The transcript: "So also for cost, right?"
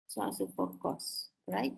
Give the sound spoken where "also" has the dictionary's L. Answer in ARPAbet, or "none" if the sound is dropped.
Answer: none